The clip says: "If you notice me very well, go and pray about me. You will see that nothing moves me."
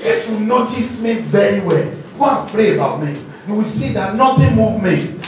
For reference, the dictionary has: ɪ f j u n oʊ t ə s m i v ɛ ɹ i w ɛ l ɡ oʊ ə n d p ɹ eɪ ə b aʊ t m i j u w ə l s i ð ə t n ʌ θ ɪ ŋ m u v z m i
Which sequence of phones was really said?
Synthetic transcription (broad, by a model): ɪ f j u n oʊ t ə s m i v ɛ ɹ i w ɛ l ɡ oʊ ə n p ɹ eɪ ə b aʊ t m i j u w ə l s i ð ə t n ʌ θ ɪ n m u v m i